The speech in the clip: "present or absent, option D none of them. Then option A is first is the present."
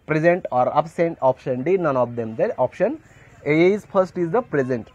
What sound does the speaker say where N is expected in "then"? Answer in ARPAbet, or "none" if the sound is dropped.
none